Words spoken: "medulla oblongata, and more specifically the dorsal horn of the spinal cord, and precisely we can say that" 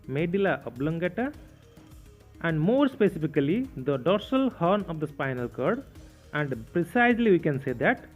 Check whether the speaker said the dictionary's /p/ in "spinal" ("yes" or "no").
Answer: yes